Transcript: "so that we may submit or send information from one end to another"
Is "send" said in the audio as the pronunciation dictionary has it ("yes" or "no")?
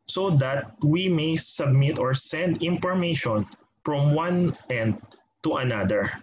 yes